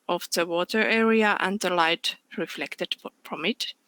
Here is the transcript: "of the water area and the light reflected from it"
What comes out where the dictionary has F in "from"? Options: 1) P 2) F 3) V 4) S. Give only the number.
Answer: 1